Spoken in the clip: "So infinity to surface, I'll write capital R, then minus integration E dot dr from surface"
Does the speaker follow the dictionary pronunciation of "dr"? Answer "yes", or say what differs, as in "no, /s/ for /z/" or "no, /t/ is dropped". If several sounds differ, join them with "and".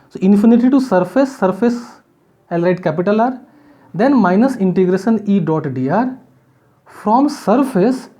no, /k/ is dropped